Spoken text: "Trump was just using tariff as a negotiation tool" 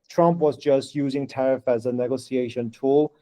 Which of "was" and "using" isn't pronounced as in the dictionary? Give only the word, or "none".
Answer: none